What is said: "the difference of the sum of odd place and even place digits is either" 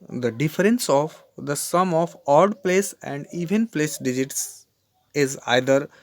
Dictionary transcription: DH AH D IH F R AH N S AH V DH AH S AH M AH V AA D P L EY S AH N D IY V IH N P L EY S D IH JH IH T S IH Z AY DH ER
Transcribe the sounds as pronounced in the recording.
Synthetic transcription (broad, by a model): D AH D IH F R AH N S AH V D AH S AH M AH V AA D P L EY S AH N D IY V IH N P L EY S D IH JH IH T S IH Z AY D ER